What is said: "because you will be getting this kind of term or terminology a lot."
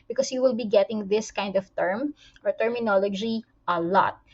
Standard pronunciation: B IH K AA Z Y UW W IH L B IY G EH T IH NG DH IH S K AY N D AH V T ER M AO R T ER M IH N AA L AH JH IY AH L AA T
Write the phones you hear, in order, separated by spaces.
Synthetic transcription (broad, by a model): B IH K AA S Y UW W IH L B IY G EH T IH NG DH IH S K AY N D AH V T ER M AO R T ER M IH N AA L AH JH IY AH L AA T